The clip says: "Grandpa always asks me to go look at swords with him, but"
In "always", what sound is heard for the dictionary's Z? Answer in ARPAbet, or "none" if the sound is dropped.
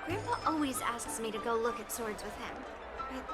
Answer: Z